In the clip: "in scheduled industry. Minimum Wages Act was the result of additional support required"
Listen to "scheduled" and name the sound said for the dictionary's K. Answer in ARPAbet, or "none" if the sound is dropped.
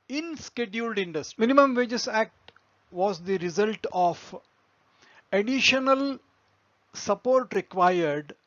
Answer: K